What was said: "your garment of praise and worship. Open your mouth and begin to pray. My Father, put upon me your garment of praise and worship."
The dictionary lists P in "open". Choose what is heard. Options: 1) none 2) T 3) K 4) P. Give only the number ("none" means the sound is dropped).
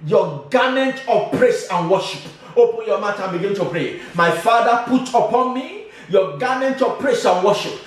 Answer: 4